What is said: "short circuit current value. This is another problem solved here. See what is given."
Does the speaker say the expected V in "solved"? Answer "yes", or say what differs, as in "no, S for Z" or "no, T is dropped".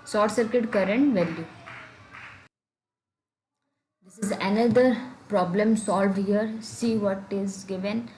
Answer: yes